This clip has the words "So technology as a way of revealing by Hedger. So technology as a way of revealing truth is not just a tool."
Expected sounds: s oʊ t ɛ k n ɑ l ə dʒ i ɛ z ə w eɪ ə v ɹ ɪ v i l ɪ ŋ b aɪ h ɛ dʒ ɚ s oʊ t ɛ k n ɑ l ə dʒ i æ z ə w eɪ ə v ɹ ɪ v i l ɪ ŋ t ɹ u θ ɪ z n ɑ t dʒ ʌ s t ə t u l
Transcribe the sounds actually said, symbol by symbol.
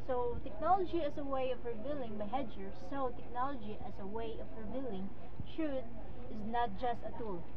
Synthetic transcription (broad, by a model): s oʊ t ɛ k n ɑ l ə dʒ i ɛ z ə w eɪ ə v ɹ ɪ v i l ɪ ŋ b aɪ h ɛ dʒ ɚ s oʊ t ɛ k n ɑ l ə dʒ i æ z ə w eɪ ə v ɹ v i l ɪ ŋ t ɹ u t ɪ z n ɑ t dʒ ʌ s t ə t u l